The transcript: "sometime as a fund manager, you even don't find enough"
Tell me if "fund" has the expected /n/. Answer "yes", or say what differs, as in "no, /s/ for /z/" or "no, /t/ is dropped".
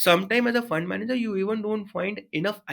yes